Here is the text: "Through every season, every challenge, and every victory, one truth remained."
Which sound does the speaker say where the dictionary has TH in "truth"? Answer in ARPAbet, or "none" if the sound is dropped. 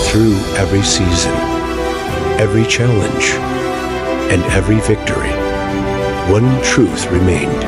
TH